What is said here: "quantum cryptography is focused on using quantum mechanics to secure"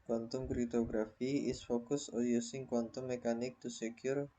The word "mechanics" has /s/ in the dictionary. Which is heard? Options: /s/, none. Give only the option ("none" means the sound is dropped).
none